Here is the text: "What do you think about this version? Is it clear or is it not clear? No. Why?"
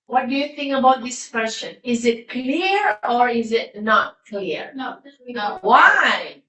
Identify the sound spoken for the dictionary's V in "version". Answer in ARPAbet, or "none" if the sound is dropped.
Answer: W